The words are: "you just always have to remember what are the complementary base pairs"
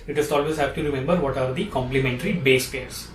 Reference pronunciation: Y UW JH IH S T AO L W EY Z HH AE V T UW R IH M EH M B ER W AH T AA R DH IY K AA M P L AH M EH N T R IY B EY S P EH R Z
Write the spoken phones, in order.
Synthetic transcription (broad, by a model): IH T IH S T AO L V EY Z HH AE B T UW R IH M EH M B ER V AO T AA R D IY K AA M P L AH M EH N T R IY B EY S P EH R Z